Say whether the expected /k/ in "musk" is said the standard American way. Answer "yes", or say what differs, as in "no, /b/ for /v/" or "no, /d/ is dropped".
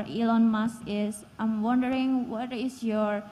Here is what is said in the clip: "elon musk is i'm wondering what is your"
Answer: no, /k/ is dropped